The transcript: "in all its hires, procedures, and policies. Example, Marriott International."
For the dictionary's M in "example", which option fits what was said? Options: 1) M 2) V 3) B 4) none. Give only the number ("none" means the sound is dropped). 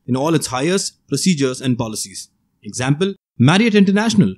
1